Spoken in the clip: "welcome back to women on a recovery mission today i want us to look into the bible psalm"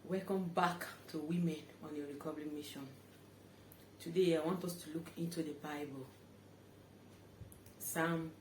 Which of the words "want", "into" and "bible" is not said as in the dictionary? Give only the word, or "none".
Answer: none